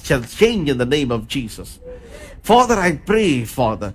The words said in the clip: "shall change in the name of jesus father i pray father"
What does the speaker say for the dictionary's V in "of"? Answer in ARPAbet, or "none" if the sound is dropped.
V